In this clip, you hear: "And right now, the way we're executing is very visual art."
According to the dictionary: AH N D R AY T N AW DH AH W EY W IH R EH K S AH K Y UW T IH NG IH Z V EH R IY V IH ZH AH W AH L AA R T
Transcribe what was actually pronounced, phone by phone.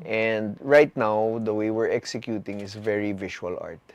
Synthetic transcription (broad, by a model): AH N D R AY T N AW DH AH W EY W IH R EH K S AH K Y UW T IH NG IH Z V EH R IY V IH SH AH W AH L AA R T